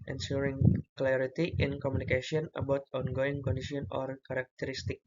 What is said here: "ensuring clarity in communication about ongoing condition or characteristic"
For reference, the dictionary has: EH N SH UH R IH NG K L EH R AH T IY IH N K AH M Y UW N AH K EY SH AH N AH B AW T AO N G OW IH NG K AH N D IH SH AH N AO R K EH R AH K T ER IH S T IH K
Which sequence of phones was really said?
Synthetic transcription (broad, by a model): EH N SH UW R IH NG K L EH R AH T IY IH N K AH M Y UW N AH K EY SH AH N AH B AW T AO N G OW IH NG K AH N D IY S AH N AO R K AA R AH K T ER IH S T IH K